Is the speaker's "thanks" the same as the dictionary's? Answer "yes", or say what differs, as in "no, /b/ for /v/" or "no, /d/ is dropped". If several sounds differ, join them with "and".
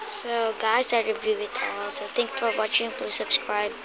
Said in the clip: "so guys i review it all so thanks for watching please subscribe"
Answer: no, /t/ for /θ/